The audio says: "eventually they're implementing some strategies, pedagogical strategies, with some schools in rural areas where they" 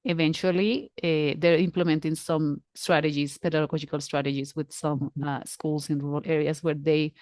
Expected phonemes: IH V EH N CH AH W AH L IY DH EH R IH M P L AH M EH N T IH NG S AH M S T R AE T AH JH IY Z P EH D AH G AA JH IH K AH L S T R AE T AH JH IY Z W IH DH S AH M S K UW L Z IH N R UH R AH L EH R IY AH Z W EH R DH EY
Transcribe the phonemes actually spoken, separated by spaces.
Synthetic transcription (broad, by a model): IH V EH N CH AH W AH L IY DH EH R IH M P L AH M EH N T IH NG S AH M S T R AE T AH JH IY S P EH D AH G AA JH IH K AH L S T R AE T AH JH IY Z W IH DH S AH M S K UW L S IH N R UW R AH L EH R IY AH S W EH R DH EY